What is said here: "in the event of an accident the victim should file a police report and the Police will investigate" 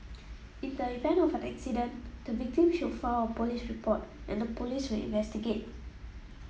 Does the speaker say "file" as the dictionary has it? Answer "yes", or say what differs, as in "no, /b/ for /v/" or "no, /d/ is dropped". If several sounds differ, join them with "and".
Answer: no, /w/ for /l/